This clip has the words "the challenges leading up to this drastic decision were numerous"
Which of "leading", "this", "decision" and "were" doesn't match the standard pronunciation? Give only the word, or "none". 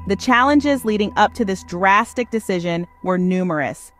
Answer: none